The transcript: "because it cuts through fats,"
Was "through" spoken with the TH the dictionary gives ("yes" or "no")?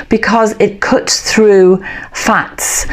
yes